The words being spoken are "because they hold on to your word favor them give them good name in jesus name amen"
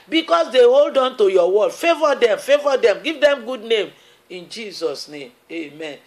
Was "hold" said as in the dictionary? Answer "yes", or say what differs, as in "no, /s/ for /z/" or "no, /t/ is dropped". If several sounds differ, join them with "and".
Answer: yes